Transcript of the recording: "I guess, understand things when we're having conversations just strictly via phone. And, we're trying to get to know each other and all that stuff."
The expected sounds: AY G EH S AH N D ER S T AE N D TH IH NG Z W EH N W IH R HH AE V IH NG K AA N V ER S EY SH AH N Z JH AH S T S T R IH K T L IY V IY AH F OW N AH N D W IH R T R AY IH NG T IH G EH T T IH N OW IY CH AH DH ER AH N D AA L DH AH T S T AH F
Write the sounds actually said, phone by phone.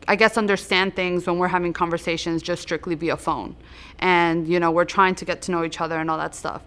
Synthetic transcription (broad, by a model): AY G EH S AH N D ER S T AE N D TH IH NG Z W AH N W IH R HH AE V IH NG K AA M V ER S EY SH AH N Z JH AH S S T R IH K T L IY B IY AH F OW N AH N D W IH R T R AY IH NG T IH G EH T T IH N OW IY CH AH DH ER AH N AA L DH AH T S T AH F